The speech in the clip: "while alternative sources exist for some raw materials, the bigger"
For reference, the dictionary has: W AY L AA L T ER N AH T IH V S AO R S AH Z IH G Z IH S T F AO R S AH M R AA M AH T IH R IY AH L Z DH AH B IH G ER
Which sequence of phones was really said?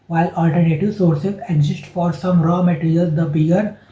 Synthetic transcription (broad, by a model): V AY L AA L T ER N AH T IH V S AO R S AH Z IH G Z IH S T F AO R S AH M R AA M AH T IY R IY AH L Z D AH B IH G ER